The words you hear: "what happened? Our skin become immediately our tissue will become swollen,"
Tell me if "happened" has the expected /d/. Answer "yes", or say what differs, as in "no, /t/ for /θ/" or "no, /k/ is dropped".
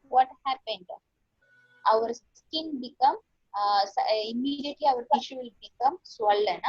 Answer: yes